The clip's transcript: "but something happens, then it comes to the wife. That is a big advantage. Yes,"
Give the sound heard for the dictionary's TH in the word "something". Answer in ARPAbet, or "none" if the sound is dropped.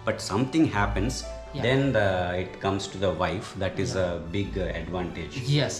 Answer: T